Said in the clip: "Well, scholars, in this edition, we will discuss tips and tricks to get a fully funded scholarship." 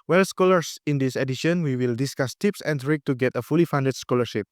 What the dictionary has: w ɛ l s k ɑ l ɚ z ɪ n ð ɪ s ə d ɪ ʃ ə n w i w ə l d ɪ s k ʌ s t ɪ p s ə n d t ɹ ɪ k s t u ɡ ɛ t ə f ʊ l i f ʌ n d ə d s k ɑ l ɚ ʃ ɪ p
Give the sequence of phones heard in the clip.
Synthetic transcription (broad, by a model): w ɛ l s k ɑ l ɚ s ɪ n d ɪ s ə d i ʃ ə n w i w ə l d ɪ s k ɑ s t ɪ p s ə n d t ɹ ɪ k t u ɡ ɛ t ə f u l i f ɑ n d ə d s k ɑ l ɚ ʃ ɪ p